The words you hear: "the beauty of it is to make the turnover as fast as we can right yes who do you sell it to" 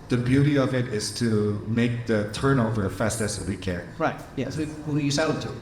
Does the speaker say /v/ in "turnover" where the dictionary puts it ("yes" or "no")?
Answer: yes